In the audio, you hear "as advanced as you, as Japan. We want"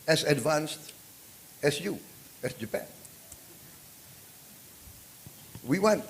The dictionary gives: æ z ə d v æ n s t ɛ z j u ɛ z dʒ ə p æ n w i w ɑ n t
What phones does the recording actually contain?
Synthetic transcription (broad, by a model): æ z ə d v æ n s t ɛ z j u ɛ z dʒ ə p æ n w i w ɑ n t